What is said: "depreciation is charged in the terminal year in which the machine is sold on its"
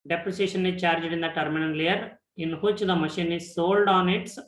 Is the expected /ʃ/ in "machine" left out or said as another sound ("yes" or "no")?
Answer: no